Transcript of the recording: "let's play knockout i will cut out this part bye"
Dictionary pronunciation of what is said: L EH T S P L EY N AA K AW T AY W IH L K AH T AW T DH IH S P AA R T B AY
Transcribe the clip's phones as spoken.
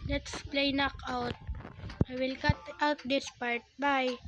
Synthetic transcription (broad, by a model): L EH T S P L EY N AA K AW T AY W IH L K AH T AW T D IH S P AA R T B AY